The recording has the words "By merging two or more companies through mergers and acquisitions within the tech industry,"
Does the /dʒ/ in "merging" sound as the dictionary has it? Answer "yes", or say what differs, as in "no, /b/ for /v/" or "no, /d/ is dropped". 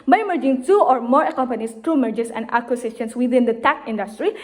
yes